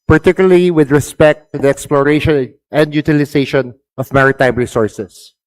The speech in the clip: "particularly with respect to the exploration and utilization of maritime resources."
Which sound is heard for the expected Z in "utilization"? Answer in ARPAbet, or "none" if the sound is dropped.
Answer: S